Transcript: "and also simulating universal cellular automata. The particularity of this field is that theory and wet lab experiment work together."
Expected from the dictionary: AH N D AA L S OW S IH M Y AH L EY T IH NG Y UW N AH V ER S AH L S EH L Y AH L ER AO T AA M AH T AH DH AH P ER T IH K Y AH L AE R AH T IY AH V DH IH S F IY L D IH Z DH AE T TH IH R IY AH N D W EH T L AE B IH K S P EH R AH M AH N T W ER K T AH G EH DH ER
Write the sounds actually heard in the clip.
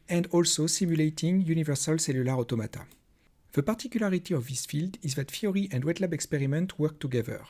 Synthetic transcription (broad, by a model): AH N D AA L S OW S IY M Y L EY T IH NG Y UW N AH V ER S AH L S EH L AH L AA AO T AA M AH T AH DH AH P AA T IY K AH L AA R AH T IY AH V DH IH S F IY L D IH Z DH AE T F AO R IY AH N D W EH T L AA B IH K S P EH R AH M AH N T W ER K T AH G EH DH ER